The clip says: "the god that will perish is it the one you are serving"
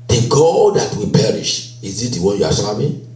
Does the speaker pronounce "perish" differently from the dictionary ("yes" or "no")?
no